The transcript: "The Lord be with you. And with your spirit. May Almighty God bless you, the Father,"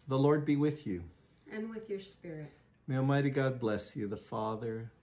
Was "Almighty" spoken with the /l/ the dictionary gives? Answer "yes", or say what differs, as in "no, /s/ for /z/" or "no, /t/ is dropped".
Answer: no, /l/ is dropped